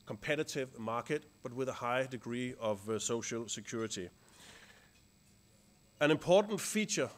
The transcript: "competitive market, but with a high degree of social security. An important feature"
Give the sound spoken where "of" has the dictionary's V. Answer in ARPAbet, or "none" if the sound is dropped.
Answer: V